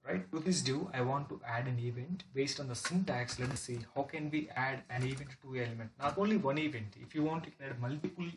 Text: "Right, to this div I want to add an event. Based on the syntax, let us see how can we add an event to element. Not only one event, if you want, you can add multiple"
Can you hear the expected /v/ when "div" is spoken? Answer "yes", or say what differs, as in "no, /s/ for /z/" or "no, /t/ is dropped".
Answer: no, /v/ is dropped